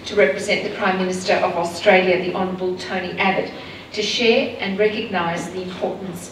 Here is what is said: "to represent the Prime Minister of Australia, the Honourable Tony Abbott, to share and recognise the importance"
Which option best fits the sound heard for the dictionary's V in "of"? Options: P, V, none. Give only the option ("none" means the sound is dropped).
V